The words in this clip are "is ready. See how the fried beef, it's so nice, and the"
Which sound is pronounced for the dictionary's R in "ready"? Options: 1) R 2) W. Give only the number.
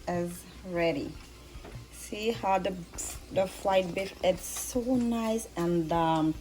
1